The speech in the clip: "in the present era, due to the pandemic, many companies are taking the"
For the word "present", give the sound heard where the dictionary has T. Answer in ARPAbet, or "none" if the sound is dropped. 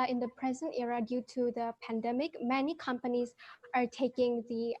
T